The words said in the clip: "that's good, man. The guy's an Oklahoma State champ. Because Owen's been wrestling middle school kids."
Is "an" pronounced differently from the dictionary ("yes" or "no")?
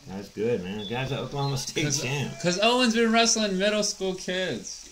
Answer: yes